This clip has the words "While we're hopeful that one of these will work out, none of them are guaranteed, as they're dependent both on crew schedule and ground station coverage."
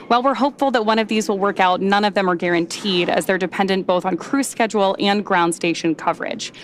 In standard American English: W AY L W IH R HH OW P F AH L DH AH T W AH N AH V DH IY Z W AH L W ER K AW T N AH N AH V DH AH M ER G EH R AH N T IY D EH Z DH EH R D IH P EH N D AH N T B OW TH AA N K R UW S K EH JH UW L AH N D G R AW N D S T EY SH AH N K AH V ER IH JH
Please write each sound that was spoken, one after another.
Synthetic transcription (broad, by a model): W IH L W IH R HH OW P F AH L DH AH T W AH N AH V DH IY Z W AH L W ER K AW T N AH N AH V DH AH M ER G EH R AH N T IY D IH Z DH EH R D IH P EH N D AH N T B OW TH N K R UW S K EH JH UW L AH N G R AW N D S T EY SH AH N K AH V ER IH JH